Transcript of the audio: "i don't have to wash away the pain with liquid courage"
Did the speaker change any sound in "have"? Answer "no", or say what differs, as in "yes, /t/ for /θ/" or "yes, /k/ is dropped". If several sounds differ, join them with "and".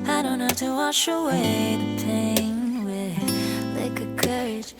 yes, /f/ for /v/